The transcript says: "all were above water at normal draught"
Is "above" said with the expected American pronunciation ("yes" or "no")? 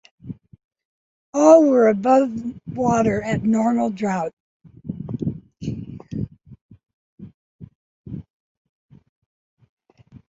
yes